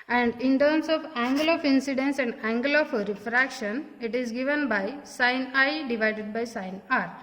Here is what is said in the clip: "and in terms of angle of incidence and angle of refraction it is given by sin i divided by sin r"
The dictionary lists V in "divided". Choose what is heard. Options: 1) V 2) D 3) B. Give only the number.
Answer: 1